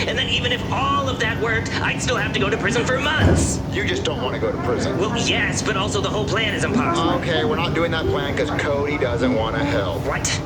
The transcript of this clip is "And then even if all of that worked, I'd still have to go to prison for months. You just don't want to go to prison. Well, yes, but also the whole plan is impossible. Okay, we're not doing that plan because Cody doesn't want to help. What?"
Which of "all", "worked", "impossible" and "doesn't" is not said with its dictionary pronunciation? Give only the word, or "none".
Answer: impossible